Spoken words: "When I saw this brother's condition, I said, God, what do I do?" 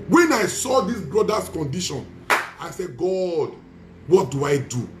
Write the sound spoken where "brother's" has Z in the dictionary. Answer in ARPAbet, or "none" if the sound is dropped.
S